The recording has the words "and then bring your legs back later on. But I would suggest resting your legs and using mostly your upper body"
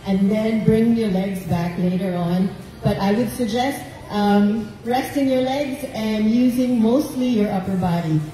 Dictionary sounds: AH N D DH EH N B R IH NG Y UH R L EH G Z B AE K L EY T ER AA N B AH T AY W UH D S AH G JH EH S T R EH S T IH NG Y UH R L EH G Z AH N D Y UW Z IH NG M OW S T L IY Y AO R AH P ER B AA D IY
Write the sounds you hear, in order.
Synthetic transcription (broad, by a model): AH N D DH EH N B R IH NG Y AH R L EH G Z B AE K L EY T ER AA N B AH T AY W UH D S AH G JH EH S T R EH S T IH NG Y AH R L EH G Z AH N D Y UW Z IH NG M OW S T L IY Y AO R AH P ER B AA D IY